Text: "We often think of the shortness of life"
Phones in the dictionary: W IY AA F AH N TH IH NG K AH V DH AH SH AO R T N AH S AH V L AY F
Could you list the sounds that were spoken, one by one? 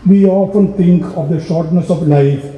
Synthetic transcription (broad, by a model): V IY AA F AH N T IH NG K AH V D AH SH AO R T N AH S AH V L AY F